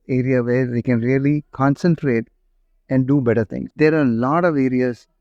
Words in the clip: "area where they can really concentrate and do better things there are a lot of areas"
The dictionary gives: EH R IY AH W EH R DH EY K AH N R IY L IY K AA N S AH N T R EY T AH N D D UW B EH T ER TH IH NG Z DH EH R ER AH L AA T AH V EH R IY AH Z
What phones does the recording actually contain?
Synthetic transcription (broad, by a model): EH R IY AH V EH R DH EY K AH N R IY L IY K AA N S AH N T R EY T AH N D D UW B EH T ER T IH NG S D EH R AH L AA T AH V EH R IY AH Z